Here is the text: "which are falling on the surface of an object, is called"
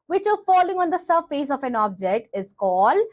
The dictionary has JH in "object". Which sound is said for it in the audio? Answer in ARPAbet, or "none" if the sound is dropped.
JH